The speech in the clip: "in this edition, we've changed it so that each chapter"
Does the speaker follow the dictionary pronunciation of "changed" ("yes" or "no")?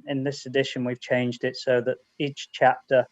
yes